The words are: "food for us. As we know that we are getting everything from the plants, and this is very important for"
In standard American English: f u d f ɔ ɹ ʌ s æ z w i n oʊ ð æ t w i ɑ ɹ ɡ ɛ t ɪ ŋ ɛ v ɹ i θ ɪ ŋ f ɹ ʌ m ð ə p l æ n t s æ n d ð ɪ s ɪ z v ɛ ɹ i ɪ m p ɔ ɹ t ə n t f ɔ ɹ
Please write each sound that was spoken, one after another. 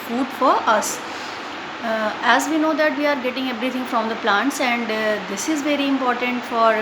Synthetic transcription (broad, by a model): f u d f ɔ ɹ ʌ s æ z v i n oʊ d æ t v i ɑ ɹ ɡ ɛ t ɪ ŋ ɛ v ɹ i t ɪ ŋ f ɹ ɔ m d ə p l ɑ n t s æ n d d ɪ s ɪ z v ɛ ɹ i ɪ m p ɔ ɹ t ə n t f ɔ ɹ